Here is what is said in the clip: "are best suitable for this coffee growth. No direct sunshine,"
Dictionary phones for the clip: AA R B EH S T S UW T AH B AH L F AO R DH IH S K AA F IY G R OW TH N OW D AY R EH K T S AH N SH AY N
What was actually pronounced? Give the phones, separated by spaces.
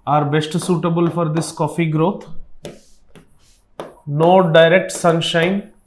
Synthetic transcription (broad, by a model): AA R B EH S T S UW T AH B AH L F AO R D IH S K AA F IY G R OW T N OW D AY R EH K T S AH N SH AY N